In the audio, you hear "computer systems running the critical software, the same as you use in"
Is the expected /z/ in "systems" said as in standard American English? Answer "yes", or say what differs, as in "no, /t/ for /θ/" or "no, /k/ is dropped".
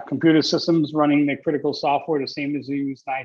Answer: yes